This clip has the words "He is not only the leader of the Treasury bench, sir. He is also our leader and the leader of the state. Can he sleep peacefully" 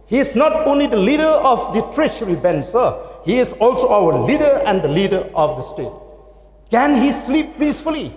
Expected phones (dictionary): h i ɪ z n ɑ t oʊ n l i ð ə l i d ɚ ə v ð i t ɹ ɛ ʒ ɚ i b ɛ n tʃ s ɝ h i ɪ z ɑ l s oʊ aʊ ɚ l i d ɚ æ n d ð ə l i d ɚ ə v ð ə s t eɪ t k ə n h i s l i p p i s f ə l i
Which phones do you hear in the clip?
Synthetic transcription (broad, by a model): h i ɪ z n ɑ t oʊ n l i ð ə l i d ɚ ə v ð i t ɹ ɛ ʃ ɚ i b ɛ n s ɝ h i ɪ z ɑ l s oʊ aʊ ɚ l i d ɚ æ n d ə l i d ɚ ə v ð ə s t eɪ t k ə n h i s l i p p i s f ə l i